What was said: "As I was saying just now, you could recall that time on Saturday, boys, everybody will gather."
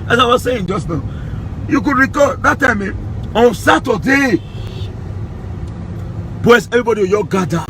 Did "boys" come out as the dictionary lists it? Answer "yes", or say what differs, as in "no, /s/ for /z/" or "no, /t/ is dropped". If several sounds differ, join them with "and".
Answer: no, /s/ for /z/